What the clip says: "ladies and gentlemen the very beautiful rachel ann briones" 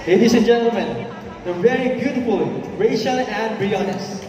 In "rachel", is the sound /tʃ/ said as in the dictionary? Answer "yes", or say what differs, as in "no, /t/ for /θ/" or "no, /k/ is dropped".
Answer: no, /ʃ/ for /tʃ/